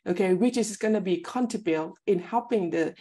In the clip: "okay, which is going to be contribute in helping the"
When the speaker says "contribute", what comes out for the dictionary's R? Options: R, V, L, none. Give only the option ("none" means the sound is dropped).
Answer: none